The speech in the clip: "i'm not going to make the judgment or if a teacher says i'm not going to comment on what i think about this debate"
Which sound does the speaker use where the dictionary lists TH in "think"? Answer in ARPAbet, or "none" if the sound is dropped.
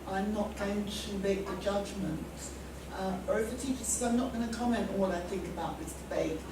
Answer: TH